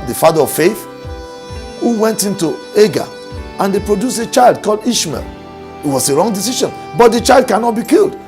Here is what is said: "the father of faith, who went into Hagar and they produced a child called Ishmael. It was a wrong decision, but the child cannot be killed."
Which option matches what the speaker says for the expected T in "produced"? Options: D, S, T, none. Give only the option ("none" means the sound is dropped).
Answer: none